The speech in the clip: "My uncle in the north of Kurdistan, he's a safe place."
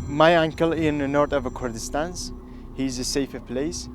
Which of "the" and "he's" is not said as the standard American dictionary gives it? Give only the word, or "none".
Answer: none